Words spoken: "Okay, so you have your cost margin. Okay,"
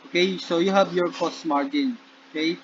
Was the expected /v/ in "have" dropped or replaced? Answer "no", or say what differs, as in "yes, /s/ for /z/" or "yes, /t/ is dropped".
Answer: yes, /b/ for /v/